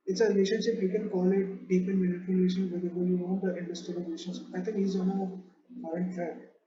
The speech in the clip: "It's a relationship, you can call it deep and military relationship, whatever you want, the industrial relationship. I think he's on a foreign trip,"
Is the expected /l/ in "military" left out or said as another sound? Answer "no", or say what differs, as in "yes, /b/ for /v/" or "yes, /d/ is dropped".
yes, /n/ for /l/